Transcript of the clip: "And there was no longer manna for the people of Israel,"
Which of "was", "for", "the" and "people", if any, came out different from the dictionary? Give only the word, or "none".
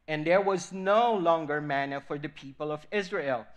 none